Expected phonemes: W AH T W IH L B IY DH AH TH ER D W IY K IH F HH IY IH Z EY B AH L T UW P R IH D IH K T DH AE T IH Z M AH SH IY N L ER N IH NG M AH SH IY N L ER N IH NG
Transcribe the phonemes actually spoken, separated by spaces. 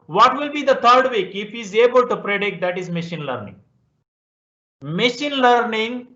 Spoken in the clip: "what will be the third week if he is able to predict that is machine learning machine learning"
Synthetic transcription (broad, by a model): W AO T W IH L B IY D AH T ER D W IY K IH F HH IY Z EY B AH L T UW P R IH D IH K T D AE T IH Z M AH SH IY N L ER N IH NG M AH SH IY N L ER N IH NG